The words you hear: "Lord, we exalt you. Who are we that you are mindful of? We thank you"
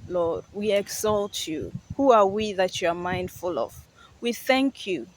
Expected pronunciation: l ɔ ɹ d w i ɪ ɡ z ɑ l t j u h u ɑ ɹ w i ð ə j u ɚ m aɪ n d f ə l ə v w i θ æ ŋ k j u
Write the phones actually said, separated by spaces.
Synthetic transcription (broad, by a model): l ɔ ɹ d w i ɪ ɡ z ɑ l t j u h u ɑ ɹ w i ð ə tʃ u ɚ m aɪ n d f ə l ə v w i θ æ ŋ k j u